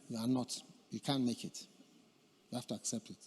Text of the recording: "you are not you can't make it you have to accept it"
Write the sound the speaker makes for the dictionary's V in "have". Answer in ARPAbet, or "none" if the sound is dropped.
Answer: F